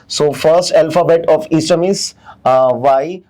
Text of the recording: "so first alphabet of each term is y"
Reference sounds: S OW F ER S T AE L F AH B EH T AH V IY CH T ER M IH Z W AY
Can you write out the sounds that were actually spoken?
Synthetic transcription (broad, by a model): S OW F ER S T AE L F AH B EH T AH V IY S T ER M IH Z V AY